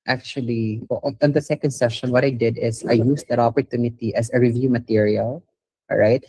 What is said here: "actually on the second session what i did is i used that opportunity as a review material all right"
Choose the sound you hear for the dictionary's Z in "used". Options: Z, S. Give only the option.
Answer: S